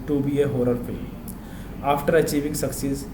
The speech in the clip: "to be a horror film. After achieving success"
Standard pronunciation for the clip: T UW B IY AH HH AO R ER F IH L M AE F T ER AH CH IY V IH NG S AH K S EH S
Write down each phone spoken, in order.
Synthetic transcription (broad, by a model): T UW B IY AH HH AO R ER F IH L AA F T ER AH CH IY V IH NG S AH K S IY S